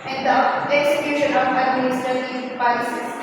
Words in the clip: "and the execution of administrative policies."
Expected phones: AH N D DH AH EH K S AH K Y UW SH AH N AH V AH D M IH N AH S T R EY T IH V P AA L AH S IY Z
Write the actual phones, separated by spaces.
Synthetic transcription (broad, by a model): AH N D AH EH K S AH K Y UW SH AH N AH P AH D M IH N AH S T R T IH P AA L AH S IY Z